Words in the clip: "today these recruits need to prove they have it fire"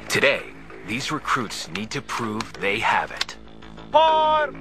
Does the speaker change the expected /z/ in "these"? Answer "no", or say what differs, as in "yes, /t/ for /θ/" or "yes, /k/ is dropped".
no